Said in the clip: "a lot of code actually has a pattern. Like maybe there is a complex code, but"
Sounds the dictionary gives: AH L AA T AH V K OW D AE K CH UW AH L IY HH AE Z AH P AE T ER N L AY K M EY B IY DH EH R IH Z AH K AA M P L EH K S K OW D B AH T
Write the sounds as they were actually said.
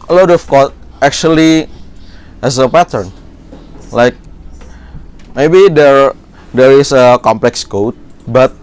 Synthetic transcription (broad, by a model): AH L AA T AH F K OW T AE K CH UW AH L IY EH S AH P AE T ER N L AY K M EY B IY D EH R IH S AH K AA M P L EH K S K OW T B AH T